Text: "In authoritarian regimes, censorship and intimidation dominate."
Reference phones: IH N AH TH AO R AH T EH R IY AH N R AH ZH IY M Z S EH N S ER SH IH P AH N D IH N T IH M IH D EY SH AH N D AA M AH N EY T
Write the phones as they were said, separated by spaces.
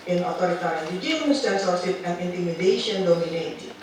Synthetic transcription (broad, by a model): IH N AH T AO R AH T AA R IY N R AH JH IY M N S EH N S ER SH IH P AH N D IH N T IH M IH D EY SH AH N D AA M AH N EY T